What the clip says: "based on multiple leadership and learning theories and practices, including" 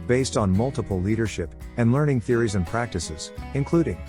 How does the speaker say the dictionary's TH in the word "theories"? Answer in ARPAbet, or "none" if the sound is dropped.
TH